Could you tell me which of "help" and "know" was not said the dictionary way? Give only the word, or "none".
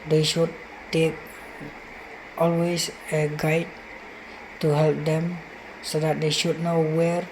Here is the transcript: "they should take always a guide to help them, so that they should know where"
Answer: none